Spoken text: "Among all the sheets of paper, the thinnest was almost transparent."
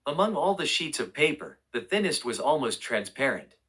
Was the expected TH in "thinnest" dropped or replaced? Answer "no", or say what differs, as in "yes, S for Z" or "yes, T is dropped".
no